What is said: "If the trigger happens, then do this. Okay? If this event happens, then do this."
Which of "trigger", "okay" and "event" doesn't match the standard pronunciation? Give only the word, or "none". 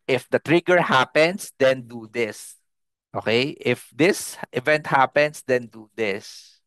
none